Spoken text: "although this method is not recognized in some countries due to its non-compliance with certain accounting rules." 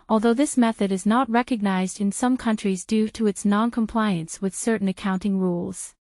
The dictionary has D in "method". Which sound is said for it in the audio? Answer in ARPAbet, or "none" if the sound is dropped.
D